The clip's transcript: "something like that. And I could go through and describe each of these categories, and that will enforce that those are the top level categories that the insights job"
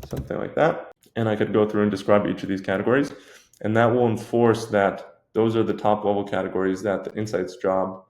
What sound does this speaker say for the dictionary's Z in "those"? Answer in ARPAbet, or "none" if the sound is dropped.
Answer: Z